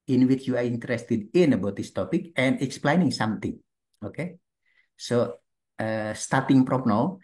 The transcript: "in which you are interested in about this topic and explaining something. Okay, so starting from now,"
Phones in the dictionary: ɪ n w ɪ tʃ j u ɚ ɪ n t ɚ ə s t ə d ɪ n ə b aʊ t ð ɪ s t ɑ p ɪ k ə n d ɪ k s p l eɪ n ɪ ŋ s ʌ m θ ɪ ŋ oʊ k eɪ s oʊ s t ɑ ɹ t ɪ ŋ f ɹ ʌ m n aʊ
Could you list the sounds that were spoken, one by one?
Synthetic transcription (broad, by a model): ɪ n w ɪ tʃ j u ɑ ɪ n t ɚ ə s t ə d ɪ n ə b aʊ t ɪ s t ɑ p ɪ k ə n d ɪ k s p l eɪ n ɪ ŋ s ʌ m t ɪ ŋ oʊ k eɪ s oʊ s t ɑ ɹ t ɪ ŋ p ɹ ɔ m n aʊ